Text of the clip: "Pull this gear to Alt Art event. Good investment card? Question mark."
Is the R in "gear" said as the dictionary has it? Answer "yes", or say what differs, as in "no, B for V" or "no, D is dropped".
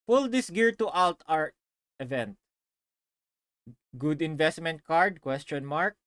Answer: yes